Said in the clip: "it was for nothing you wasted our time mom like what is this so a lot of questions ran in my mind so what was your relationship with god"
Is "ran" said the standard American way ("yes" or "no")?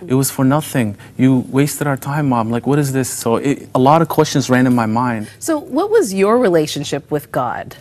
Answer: yes